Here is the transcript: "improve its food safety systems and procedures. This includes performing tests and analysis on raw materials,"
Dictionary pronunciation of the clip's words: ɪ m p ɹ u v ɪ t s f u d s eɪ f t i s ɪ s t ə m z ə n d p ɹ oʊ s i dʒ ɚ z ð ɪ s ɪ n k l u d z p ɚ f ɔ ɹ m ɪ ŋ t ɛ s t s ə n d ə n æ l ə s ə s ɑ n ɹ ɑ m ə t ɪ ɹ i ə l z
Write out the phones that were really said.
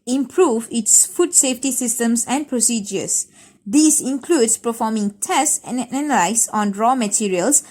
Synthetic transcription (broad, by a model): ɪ m p ɹ u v ɪ t s f u d s eɪ f t i s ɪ s t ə m s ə n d p ɹ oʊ s i dʒ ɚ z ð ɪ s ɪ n k l u d s p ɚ f ɔ m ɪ ŋ t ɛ s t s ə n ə n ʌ l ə ə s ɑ n ɹ ɑ m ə t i ɹ i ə l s